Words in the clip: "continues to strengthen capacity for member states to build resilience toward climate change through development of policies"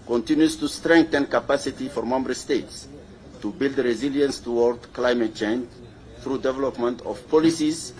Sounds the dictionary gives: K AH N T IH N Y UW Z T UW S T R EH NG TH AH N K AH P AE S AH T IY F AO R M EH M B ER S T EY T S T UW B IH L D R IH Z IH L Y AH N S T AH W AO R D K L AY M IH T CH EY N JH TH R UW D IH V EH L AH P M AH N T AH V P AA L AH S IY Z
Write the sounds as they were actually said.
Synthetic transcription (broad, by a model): K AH N T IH N Y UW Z T UW S T R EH NG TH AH N K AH P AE S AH T IY F AO R M EH M B ER S T EY T S T UW B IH L D R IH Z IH L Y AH N S T AH W AO R D K L AY M IH T CH EY N JH TH R UW D IH V EH L AH P M AH N T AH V P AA L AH S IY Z